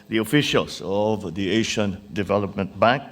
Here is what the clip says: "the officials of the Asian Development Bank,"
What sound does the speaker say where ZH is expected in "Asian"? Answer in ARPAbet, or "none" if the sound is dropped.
SH